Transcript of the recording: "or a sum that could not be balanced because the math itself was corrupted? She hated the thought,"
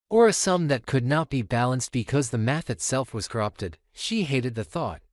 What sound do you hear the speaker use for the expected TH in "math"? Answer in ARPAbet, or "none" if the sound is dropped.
TH